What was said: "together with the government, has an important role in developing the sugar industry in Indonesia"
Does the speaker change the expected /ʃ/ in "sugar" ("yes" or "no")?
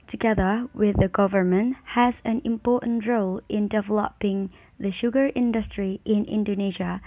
no